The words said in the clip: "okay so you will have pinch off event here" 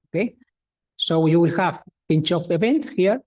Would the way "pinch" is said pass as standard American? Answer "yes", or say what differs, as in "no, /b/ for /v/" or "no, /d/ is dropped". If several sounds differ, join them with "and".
yes